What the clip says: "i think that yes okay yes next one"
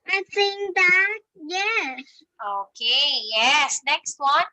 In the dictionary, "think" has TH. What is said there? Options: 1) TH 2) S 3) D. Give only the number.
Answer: 2